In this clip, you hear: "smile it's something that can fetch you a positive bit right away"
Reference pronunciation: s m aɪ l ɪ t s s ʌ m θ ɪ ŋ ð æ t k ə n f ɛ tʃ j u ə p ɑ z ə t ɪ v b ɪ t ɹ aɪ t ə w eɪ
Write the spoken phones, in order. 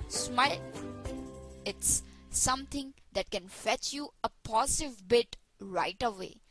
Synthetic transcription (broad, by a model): s m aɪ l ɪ t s s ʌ m t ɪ ŋ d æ t k ə n f ɛ tʃ j u ə p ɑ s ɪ v b ɪ t ɹ aɪ t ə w eɪ